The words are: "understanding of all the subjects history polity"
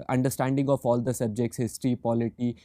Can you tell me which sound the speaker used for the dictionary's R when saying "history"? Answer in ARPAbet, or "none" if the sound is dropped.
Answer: R